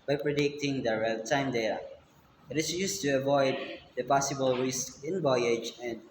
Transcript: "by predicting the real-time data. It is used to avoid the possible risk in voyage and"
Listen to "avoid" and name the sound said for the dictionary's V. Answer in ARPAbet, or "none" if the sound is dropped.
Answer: V